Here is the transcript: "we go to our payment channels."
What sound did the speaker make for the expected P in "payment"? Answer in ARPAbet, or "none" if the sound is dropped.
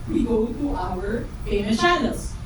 F